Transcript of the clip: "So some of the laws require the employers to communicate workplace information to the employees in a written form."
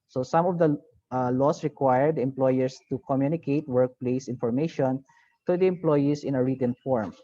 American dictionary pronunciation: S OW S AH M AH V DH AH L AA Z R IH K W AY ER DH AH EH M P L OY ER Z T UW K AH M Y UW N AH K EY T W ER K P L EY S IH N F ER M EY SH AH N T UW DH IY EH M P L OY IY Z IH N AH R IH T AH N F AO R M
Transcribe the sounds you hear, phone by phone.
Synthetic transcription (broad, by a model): S OW S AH M AH V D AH L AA S R IH K W AY ER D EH M P L OY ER S T UW K AH M Y UW N AH K EY T W ER K P L EY S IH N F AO M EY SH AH N T UW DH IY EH M P L OY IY S IH N AH R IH T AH N F AO R M